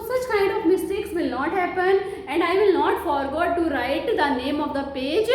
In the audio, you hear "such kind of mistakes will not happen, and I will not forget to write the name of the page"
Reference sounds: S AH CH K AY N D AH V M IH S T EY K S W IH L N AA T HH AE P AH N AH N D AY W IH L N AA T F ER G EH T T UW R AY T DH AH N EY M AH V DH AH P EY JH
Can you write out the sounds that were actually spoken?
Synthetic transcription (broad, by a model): S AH CH K AY N D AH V M IH S T EY K S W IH L N AA T HH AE P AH N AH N D AY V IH L N AA T F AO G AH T T UW R AY T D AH N EY M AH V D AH P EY JH